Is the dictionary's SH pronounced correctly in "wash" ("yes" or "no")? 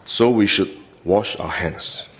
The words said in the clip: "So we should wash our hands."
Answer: yes